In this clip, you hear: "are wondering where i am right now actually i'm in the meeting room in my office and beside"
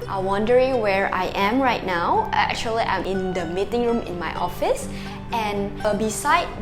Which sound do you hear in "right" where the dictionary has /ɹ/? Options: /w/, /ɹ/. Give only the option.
/ɹ/